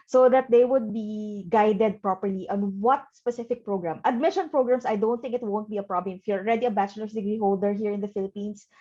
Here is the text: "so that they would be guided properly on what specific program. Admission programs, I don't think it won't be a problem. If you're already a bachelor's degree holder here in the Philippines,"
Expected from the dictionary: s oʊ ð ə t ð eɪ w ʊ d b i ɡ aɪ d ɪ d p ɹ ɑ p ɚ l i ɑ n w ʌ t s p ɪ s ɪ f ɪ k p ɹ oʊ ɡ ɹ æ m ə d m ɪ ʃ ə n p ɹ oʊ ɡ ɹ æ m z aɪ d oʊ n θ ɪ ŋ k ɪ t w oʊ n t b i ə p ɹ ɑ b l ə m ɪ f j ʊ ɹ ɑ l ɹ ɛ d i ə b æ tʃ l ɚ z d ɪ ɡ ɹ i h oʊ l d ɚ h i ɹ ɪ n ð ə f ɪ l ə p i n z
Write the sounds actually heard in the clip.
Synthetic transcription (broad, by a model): s oʊ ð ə t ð eɪ w ʊ d b i ɡ aɪ d ɪ d p ɹ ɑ p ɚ l i ɑ n w ʌ t s p ɪ s ɪ f ɪ k p ɹ oʊ ɡ ɹ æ m ə d m ɪ ʃ ə n p ɹ oʊ ɡ ɹ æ m s aɪ d oʊ n θ ɪ ŋ k ɪ t w oʊ n t b i ə p ɹ ɑ b l ə m ɪ f j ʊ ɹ ɑ l ɹ ɛ d i ə b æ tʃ l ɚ s d ɪ ɡ ɹ i h oʊ l d ɚ h i ɹ ɪ n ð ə f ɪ l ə p i n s